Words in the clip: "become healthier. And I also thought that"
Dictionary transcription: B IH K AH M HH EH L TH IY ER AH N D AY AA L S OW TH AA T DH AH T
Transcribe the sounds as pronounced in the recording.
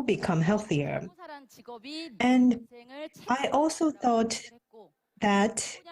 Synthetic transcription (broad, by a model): B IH K AH M HH EH L TH IY ER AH N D AY AA L S OW TH AA T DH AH T